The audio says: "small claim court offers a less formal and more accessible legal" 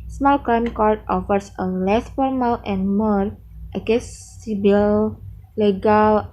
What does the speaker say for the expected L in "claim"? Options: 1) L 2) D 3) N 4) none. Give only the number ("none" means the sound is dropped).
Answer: 4